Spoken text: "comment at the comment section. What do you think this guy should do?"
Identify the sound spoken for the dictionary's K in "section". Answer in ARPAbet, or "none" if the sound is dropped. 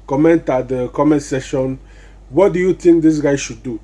none